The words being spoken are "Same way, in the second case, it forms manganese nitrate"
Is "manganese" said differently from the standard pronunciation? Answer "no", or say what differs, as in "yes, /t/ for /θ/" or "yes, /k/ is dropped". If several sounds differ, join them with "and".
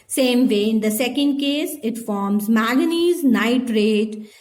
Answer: yes, /ŋ/ is dropped